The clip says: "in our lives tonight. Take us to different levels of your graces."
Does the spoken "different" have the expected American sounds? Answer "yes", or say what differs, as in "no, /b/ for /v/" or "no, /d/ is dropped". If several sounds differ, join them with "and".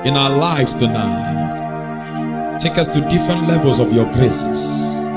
yes